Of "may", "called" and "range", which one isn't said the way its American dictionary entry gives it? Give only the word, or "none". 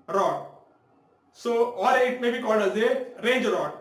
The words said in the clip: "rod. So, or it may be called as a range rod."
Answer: none